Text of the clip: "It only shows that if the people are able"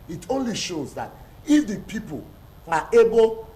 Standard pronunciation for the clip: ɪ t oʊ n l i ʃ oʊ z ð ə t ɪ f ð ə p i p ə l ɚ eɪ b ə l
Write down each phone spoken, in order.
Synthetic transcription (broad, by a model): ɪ t oʊ n l i ʃ oʊ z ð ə t ɪ f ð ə p i p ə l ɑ eɪ b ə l